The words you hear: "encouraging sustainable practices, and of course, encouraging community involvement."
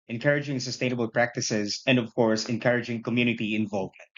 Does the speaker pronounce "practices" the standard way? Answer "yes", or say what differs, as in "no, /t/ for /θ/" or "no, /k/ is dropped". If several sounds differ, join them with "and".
yes